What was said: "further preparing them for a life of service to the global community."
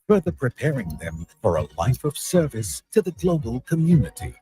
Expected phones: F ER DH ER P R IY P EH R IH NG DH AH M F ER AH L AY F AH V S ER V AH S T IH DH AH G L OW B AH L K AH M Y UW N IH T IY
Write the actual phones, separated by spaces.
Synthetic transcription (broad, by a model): F ER DH ER P R IY P EH R IH NG DH AH M F ER AH L AY F AH V S ER V AH S T IH DH AH G L OW B AH L K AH M Y UW N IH T IY